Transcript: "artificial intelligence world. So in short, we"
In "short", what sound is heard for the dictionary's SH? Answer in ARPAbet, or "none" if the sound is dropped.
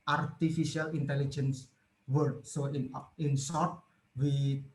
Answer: S